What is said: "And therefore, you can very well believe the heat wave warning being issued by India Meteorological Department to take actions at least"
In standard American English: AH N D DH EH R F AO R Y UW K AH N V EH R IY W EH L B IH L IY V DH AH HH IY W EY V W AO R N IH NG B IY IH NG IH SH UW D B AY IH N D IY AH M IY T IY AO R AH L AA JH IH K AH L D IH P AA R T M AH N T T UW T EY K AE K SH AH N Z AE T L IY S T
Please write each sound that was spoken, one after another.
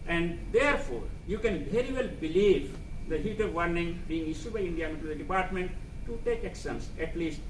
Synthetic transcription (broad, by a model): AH N D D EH R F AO R Y UW K AH N V EH R IY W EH L B IH L IY V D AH HH IY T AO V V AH R N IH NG B IY IH NG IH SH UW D B AY IH N D IY AH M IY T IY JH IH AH D IH P AA R T M AH N T T UW T EY K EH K S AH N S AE T L IY S T